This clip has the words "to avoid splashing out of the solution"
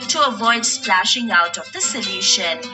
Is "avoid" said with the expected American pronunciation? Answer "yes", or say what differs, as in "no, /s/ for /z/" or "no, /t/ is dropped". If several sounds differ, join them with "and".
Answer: yes